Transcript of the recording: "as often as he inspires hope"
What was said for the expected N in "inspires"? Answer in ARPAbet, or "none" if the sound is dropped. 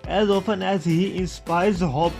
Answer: N